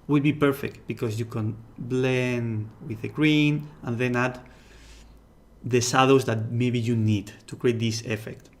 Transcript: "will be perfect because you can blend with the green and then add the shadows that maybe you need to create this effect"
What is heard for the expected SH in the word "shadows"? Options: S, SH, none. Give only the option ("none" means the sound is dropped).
S